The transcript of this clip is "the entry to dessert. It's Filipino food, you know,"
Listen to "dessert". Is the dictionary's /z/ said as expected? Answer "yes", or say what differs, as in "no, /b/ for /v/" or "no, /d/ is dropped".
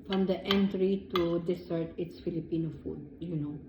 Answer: no, /s/ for /z/